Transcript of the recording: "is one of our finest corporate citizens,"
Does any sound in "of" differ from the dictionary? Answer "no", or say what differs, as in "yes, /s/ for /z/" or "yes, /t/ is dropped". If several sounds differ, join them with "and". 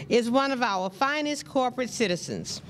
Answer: no